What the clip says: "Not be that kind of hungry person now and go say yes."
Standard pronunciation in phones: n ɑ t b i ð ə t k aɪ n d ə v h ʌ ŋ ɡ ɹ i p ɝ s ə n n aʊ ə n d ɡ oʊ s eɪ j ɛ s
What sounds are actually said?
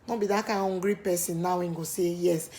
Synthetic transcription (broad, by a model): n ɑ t b i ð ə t k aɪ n ə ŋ ɡ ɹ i p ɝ s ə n n aʊ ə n ɡ oʊ s eɪ j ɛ s